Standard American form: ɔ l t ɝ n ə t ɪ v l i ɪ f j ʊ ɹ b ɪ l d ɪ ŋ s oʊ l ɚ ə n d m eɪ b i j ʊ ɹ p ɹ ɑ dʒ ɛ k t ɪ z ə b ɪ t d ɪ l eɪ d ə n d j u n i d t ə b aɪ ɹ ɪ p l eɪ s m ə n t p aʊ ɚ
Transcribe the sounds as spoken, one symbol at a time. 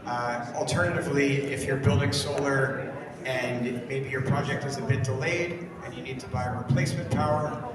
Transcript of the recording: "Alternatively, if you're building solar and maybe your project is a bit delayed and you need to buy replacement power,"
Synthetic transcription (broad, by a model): l t ɝ n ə t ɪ v l i ɪ f j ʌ ɹ b ɪ l d ɪ ŋ s oʊ l ɚ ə n m eɪ b i j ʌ ɹ p ɹ ɑ dʒ ɛ k t ɪ z ə b ɪ t d ɪ l eɪ d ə n j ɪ n i d t ə b aɪ ɹ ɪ p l eɪ s m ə n p aʊ ɚ